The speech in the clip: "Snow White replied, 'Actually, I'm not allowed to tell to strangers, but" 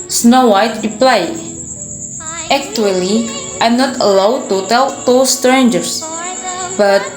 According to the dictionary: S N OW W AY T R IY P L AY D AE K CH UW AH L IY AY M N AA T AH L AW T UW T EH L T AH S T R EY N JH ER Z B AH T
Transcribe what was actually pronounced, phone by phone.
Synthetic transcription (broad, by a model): S N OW W AY T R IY P L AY EH K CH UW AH L IY AY M N AA T AH L AW T UW T EH L T AH S T R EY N JH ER S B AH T